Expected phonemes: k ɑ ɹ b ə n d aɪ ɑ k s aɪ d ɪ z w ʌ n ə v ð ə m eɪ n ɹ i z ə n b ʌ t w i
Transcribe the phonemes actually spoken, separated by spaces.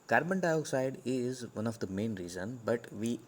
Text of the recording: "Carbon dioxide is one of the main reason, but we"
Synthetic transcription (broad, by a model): k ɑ ɹ b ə n d aɪ ɑ k s aɪ d ɪ z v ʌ n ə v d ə m eɪ n ɹ i z ə n b ʌ t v i